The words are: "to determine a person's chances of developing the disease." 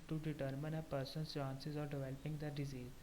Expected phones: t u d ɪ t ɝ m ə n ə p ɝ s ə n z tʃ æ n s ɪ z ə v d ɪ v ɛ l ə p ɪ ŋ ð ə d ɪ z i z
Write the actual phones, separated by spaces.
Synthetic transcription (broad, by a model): t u d ɪ t ɝ m ə n ə p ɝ s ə n tʃ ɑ n s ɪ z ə d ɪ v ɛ l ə p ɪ ŋ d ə d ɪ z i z